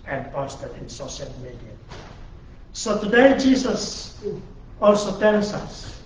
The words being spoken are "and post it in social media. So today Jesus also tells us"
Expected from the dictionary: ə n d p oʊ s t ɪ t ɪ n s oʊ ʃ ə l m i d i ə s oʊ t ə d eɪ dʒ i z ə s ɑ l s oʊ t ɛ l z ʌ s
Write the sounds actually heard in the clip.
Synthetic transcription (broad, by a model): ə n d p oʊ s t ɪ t ɪ n s oʊ ʃ ə l m i d i ə s oʊ t ə d eɪ dʒ i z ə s ɑ l s oʊ t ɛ l s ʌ s